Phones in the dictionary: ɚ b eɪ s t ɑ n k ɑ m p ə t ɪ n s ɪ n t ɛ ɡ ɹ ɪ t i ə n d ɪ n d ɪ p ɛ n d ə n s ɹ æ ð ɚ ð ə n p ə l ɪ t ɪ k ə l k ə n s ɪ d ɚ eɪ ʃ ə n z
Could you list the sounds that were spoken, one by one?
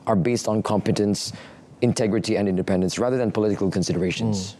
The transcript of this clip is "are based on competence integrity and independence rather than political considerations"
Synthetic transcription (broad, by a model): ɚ b eɪ s t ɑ n k ɑ m p ə t ɪ n s ɪ n t ɛ ɡ ɹ ɪ t i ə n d ɪ n d ɪ p ɛ n d ə n s ɹ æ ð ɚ ð ə n p ə l ɪ t ɪ k ə l k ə n s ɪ d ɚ eɪ ʃ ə n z